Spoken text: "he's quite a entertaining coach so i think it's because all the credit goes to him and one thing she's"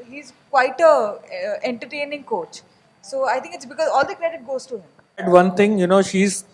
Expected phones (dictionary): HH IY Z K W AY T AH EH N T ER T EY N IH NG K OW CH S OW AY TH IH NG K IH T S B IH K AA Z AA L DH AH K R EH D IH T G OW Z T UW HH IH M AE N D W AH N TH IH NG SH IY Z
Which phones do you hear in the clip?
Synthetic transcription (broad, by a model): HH IY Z K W AY T AH EH N T ER T EY N IH NG K OW CH S OW AY T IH NG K IH T S B IH K AA Z AA L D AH K R EH D IH T G OW Z T UW HH IH M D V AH N T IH NG SH IY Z